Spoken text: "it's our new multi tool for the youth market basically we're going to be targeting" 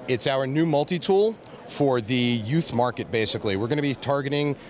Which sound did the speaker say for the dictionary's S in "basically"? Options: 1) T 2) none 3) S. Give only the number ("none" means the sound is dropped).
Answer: 3